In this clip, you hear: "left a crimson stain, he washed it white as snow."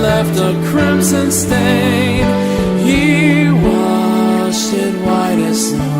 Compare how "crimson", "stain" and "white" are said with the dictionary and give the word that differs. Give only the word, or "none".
none